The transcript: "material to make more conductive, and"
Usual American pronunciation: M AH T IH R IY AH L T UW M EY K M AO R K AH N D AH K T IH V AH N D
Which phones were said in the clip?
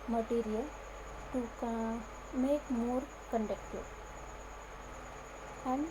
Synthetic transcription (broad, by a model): M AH T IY R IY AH L T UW M EY K M AO R K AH N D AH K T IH AH N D